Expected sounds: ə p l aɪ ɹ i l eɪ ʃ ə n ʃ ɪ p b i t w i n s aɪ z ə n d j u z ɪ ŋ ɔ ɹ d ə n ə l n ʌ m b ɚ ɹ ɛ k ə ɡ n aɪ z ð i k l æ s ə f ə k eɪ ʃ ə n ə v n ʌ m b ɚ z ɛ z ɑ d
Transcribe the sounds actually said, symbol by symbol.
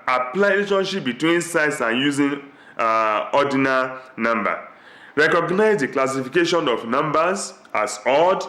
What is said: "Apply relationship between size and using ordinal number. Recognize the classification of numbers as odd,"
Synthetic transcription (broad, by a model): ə p l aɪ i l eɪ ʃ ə n ʃ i p b i t w i n s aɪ s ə n j u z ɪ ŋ ɔ d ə n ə n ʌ m b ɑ ɹ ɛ k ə ɡ n aɪ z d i k l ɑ s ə f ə k eɪ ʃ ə n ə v n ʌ m b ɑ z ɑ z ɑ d